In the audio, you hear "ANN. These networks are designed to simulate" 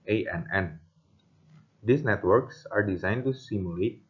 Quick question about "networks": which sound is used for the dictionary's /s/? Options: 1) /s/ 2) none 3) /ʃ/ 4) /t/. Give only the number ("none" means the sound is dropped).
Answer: 1